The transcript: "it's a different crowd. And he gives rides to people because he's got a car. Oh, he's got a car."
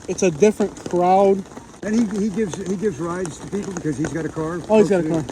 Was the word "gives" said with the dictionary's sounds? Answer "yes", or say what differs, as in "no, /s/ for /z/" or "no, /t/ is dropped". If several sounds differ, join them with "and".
yes